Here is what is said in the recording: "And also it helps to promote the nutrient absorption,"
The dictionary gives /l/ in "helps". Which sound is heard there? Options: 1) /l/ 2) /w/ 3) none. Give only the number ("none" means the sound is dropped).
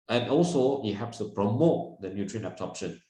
3